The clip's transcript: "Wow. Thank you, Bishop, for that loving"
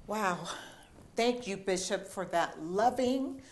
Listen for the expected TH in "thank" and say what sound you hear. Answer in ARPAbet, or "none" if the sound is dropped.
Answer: TH